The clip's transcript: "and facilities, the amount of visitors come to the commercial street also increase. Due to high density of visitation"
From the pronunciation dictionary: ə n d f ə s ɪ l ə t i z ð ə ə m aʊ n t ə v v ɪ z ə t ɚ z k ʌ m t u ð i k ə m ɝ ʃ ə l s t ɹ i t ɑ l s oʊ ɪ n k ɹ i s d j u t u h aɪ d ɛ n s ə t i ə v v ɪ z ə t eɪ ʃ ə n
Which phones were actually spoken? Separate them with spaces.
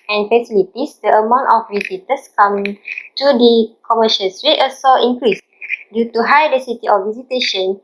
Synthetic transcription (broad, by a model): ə n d f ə s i l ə t i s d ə ə m aʊ n t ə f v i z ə t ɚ s k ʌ m t u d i k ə m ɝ ʃ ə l s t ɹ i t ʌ s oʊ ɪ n k ɹ i s d j u t u h aɪ d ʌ s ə t i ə f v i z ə t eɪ ʃ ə n